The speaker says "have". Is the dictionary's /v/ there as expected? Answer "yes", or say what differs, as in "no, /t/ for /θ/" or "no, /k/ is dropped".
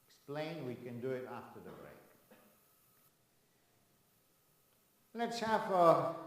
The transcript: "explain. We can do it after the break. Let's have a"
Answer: no, /f/ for /v/